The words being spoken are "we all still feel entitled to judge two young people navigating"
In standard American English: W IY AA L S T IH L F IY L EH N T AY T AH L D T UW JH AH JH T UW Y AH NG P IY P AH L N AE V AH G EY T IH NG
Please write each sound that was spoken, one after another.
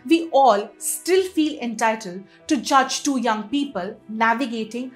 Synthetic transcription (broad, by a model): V IY AA L S T IH L F IY L EH N T AY T AH L D T UW JH AH JH T UW Y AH NG P IY P AH L N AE V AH G EY T IH NG